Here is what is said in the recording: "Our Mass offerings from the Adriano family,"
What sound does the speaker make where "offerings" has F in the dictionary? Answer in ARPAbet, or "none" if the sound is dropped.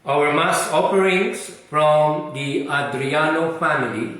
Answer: P